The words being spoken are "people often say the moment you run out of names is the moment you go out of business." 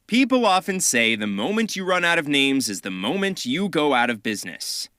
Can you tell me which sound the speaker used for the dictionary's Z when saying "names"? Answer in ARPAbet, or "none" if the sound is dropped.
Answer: Z